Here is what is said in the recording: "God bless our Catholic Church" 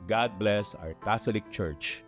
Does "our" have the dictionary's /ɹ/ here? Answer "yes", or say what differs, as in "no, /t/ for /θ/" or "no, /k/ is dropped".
no, /w/ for /ɹ/